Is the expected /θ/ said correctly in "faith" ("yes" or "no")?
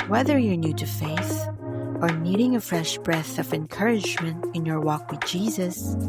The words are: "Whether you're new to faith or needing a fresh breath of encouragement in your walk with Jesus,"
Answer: yes